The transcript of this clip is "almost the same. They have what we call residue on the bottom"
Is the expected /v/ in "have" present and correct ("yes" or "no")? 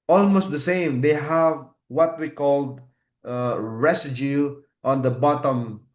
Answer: yes